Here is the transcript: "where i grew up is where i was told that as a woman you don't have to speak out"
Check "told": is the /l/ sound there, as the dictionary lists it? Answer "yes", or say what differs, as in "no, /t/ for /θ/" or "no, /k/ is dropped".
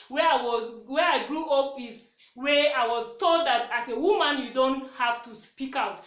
yes